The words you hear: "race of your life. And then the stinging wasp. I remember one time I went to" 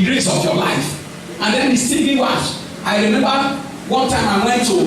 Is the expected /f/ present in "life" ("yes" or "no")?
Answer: yes